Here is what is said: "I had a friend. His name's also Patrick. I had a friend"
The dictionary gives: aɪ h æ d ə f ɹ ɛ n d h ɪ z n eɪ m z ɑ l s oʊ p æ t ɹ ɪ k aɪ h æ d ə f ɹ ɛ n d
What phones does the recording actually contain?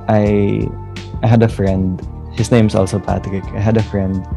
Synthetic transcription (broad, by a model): aɪ h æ d ə f ɹ ɛ n d h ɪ s n eɪ m s ɑ l s oʊ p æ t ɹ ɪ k aɪ h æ d ə f ɹ ɛ n d